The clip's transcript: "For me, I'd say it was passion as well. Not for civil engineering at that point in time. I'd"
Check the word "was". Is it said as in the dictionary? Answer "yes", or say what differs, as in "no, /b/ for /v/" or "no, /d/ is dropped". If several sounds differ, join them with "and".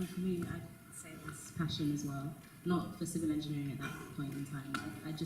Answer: no, /s/ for /z/